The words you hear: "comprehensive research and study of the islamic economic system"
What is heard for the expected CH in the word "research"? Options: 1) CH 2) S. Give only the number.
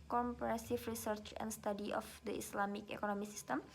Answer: 1